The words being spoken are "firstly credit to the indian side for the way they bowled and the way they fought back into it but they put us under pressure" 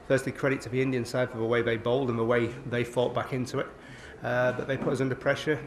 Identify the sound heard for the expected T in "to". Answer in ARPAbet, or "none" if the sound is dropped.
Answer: S